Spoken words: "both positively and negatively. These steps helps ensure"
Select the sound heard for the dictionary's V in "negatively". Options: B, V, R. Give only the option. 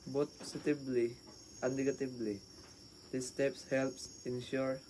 B